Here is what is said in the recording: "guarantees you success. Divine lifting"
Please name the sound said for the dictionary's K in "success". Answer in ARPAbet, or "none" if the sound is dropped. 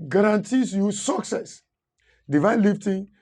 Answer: K